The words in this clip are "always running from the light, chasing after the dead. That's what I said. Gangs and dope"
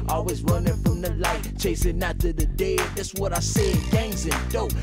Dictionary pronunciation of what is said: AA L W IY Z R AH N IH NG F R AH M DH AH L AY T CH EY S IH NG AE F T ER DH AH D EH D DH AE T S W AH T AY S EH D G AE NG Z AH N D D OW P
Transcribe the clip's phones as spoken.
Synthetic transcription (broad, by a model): AA L W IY Z R AH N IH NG F R AH M DH AH L AY T CH EY S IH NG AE T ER DH AH D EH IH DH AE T S W AH T AY S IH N G AE NG Z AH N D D OW